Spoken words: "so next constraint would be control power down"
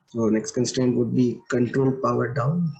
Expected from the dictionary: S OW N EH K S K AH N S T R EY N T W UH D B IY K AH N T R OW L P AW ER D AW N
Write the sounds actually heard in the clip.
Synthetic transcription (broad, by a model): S OW N EH K S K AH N S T EY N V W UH D B IY K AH N T R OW L P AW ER D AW N